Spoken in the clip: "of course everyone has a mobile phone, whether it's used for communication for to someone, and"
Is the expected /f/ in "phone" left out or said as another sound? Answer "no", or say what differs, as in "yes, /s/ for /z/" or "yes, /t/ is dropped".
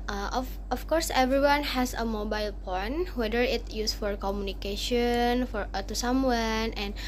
yes, /p/ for /f/